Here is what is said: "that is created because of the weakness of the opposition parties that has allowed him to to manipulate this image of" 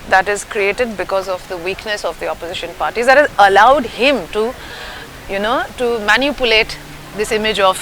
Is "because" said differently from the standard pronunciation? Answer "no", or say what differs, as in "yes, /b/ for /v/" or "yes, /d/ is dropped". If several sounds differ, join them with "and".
no